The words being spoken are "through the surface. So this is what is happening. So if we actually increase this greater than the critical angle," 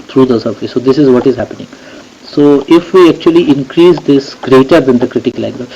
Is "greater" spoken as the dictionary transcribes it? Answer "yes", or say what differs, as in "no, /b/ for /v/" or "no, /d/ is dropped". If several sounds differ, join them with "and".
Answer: yes